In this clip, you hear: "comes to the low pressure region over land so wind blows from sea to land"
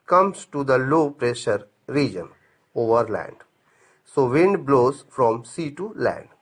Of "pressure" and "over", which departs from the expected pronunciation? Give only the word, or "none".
none